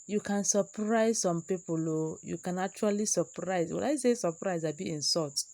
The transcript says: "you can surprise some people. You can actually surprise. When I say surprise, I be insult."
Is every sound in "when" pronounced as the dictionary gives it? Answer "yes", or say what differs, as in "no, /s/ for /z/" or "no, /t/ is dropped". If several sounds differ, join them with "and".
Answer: no, /l/ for /n/